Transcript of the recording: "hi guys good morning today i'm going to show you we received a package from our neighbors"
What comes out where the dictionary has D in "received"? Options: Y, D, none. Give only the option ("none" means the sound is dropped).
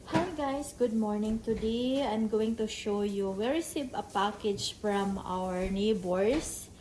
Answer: none